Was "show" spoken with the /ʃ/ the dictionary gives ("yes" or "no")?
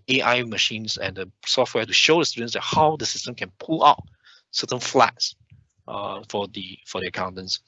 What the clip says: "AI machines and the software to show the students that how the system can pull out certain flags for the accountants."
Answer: yes